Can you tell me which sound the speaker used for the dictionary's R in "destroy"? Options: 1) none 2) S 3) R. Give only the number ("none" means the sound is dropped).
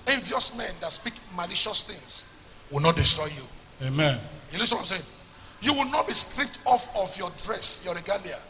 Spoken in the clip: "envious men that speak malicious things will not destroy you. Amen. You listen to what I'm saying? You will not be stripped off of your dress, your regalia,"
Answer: 3